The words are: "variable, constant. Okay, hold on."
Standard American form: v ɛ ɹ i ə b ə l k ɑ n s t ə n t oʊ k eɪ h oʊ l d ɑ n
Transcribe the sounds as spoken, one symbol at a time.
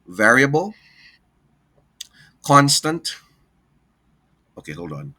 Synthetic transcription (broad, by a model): v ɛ ɹ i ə b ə l k ɑ n s t ə n t oʊ k eɪ h oʊ l d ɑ n